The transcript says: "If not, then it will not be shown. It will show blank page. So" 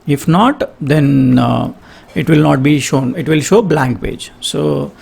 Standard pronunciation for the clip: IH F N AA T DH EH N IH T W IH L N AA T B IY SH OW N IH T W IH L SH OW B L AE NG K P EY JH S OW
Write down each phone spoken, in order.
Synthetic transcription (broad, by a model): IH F N AA T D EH N IH T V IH L N AA T B IY SH OW N IH T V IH L SH OW B L AE NG K P EY JH S OW